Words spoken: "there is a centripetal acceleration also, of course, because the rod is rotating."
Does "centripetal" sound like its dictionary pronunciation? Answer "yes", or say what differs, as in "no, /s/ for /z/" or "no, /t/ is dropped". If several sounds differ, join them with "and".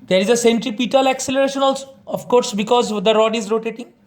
yes